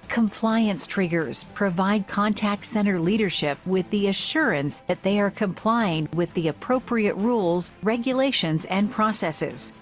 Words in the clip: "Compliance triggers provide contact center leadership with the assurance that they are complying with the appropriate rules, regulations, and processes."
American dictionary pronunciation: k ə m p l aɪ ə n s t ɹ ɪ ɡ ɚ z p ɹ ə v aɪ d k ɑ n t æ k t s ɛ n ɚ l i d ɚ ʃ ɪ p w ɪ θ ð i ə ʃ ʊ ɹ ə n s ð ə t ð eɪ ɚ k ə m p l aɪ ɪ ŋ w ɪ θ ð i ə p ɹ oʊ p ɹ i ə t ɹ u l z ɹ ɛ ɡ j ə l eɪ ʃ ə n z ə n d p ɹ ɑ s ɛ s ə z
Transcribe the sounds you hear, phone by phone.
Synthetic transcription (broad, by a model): k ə m p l aɪ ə n s t ɹ ɪ ɡ ɚ z p ɹ ə v aɪ d k ɑ n t æ k t s ɛ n ɚ l i d ɚ ʃ ɪ p w ɪ ð i ə ʃ ʊ ɹ ə n s ð ə t ð eɪ ɚ k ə m p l aɪ ɪ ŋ w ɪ ð i ə p ɹ oʊ p ɹ i ə t ɹ u l z ɹ ɛ ɡ j ə l eɪ ʃ ə n z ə n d p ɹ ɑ s ɛ s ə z